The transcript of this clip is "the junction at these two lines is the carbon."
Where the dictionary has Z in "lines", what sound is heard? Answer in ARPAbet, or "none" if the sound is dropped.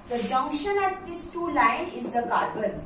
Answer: none